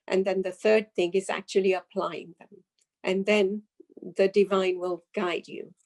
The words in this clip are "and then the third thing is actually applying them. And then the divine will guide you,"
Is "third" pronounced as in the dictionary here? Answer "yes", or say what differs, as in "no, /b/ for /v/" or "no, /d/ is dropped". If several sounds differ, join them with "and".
yes